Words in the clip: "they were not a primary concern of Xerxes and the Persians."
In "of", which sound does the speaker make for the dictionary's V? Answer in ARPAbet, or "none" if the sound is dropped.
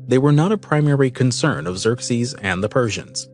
V